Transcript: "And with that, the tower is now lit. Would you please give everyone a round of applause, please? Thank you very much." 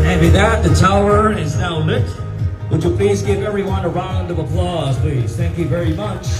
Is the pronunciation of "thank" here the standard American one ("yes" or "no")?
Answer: yes